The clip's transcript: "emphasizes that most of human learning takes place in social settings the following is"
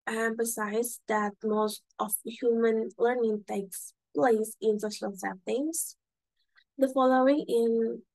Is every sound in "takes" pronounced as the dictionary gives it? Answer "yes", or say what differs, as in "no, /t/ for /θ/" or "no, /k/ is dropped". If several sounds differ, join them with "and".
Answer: yes